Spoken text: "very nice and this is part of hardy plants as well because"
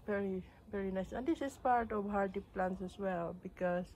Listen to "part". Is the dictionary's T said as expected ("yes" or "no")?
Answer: yes